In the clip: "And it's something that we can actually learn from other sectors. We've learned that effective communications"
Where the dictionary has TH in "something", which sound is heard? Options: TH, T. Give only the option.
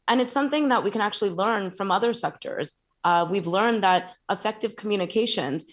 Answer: TH